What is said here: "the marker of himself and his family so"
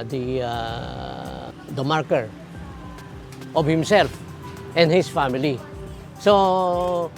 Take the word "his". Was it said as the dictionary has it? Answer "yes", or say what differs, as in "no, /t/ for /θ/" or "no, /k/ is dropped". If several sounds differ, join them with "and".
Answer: no, /s/ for /z/